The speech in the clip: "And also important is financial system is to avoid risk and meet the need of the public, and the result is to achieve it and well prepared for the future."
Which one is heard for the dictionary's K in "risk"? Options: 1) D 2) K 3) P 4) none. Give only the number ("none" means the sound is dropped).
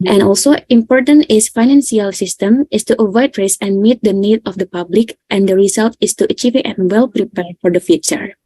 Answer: 4